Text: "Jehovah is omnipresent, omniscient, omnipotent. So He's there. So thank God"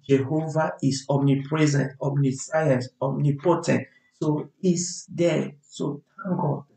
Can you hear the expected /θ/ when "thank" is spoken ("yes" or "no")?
no